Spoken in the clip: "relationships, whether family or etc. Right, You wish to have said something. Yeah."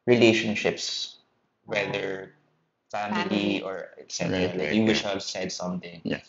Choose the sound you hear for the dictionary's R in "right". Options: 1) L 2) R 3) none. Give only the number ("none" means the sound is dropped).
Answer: 1